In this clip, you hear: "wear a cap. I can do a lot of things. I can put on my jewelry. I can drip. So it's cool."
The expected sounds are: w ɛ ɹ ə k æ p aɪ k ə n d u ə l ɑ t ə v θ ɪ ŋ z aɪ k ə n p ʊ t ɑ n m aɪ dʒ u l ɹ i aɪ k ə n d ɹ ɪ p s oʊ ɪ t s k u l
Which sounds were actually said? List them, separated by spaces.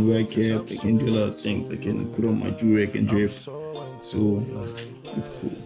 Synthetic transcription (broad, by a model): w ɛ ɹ ə k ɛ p aɪ k ə n d u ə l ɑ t ə v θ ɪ ŋ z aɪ k ə n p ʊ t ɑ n m aɪ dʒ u ɹ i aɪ k ə n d ɹ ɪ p s oʊ ɪ t s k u l